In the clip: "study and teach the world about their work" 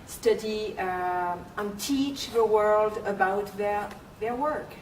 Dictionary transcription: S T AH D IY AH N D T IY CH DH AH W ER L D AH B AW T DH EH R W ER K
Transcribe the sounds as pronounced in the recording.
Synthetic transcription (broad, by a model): S T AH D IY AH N T IY CH DH AH W ER L D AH B AW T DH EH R W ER K